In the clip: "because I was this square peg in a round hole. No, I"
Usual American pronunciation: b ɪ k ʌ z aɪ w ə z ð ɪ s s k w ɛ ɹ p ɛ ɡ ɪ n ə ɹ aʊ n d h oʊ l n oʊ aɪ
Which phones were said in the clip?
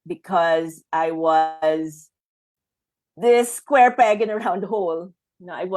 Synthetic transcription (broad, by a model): b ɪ k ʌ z aɪ w ə z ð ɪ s s k w ɛ ɹ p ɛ ɡ ɪ n ə ɹ aʊ n d h oʊ l n oʊ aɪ